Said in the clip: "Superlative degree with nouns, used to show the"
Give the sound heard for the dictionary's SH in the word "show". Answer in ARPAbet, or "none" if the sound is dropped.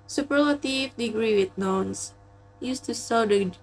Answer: S